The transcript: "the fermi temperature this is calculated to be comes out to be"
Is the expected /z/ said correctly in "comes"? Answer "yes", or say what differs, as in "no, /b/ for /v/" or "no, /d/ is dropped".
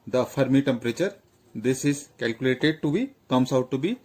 no, /s/ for /z/